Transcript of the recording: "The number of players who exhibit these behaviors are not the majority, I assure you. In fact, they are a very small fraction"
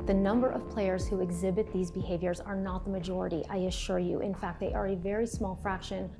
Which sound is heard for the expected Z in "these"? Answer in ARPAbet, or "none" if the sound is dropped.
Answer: Z